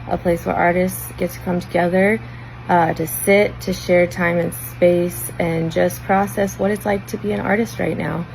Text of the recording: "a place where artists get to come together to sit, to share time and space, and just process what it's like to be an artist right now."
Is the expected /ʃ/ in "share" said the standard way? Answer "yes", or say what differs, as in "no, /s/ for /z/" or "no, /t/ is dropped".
yes